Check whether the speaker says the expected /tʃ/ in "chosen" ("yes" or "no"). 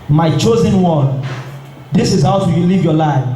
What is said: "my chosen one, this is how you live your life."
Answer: yes